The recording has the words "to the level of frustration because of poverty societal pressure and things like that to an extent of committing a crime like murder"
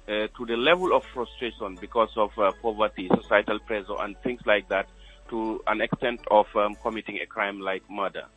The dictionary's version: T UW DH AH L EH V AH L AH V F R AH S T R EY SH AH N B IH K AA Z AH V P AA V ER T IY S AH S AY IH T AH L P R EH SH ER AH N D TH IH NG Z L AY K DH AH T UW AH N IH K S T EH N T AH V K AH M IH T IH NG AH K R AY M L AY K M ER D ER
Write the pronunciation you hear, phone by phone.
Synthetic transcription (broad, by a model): T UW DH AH L EH V AH L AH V F R AH S T R EY SH AH N B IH K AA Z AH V P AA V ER T IY S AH S AY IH T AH L P R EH S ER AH N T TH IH NG S L AY K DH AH T UW AH N IH K S T EH N T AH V K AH M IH T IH NG AH K R AY M L AY K M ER D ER